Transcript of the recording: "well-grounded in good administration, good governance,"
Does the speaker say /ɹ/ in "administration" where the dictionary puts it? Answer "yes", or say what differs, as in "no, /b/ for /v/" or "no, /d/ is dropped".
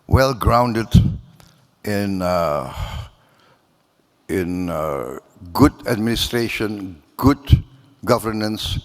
yes